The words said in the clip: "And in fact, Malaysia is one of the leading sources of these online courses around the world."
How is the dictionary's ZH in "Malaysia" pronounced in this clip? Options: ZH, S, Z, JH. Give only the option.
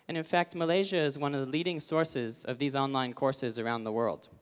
ZH